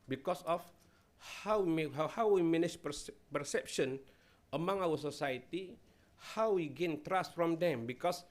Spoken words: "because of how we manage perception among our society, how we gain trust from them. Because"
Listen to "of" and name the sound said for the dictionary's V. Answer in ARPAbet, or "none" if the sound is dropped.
W